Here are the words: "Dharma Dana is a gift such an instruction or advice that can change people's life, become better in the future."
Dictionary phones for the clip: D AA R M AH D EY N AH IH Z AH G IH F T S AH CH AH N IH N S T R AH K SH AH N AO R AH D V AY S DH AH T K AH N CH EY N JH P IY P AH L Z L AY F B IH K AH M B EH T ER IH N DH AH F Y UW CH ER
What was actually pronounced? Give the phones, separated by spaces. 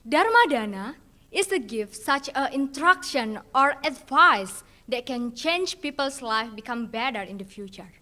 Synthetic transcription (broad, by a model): D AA R M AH D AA N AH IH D AH G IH F T S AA CH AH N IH N T R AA K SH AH N AO R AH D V AY S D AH T K AH N CH EY N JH P IY P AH L S L AY F B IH K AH M B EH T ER IH N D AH F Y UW CH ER